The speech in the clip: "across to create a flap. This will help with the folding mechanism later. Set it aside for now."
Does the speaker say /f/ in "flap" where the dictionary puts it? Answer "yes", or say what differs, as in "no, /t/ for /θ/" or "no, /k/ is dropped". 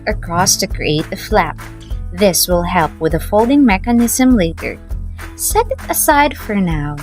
yes